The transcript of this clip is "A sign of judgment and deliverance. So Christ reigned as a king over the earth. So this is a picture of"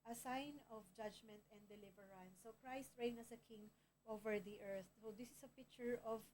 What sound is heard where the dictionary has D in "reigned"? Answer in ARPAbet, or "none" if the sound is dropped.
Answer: none